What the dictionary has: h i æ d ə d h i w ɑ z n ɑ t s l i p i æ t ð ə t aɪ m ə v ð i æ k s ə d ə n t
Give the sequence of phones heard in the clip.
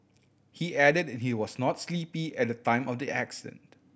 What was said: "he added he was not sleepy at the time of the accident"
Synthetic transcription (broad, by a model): h i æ d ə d h i w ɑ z n ɑ t s l i p i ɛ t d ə t aɪ m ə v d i æ k s ə d ə n t